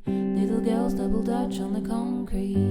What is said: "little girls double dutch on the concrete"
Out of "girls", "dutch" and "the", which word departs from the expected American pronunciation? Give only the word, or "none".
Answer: none